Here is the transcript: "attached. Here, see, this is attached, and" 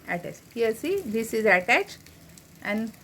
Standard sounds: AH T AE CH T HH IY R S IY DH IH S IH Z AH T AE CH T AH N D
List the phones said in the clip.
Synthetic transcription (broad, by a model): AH T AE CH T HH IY L S IY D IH S IH Z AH T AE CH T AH N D